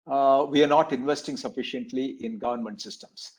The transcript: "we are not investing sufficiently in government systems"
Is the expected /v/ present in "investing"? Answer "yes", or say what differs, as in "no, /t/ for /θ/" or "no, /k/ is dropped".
yes